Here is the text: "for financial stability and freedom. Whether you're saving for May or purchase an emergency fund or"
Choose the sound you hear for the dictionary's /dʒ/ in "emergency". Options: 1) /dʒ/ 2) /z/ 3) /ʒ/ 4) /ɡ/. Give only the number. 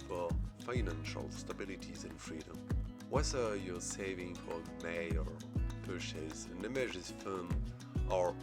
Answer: 3